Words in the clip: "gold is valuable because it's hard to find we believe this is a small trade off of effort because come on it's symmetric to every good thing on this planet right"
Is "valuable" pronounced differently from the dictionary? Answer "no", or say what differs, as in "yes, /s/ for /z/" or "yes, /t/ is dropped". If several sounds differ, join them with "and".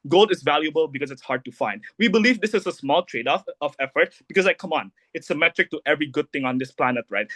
no